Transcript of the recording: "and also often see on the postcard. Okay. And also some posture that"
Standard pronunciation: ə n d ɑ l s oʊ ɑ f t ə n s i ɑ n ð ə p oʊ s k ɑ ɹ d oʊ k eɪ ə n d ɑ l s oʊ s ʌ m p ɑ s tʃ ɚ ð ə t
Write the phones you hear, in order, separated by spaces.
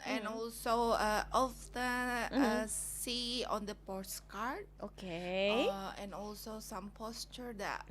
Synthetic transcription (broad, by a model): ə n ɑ l s oʊ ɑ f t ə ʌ s i ɑ n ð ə p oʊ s k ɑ ɹ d oʊ k eɪ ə n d ɑ l s oʊ s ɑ m p ɑ s tʃ ɚ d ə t